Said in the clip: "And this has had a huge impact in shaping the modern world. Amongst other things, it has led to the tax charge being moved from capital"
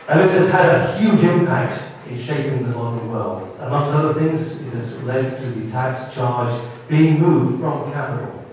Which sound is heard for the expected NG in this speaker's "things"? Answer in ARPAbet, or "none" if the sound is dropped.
NG